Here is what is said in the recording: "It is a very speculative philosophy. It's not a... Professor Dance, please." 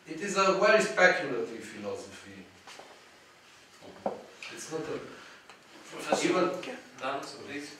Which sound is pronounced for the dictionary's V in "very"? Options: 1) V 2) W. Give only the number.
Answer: 2